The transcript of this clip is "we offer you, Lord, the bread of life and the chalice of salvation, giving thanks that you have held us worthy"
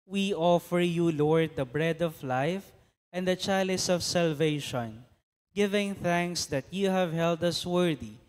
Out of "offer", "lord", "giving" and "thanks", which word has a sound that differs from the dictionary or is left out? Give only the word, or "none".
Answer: none